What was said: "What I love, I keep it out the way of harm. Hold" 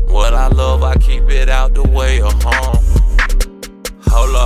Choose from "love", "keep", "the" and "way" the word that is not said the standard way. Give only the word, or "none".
none